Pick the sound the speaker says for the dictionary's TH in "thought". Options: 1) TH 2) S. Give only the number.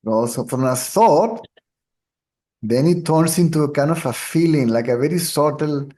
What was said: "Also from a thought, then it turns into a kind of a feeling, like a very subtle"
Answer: 2